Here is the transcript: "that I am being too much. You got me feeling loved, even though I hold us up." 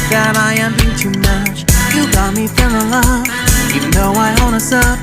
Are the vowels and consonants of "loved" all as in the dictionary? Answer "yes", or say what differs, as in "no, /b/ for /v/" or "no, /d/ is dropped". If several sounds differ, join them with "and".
no, /d/ is dropped